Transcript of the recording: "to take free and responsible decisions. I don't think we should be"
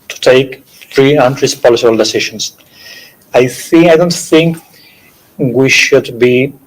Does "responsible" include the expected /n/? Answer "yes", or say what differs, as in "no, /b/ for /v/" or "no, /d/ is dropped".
no, /l/ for /n/